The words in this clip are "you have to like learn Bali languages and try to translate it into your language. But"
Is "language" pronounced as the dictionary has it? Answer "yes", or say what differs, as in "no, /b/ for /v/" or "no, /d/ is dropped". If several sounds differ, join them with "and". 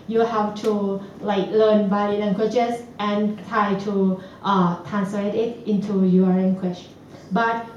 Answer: no, /tʃ/ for /dʒ/